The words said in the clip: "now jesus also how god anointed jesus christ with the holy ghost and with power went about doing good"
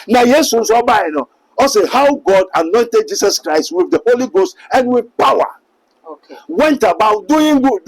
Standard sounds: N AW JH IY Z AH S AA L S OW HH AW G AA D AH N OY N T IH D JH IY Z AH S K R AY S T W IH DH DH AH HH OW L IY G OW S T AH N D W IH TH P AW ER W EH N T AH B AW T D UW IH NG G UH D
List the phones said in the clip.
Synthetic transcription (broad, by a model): N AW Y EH S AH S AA N S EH HH AW G AA D AH N OY N T IH D JH IY S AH S K R AY S T W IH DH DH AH HH OW L IY G OW S T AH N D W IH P AW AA W EH N T AH B AW T D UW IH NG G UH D